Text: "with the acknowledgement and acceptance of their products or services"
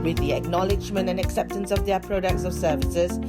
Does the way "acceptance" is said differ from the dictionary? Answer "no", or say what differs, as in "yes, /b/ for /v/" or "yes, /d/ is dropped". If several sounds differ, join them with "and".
no